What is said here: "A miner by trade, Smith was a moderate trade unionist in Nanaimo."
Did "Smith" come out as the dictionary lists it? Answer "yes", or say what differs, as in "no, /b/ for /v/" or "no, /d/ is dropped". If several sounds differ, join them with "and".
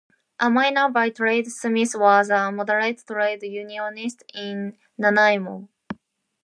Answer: no, /s/ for /θ/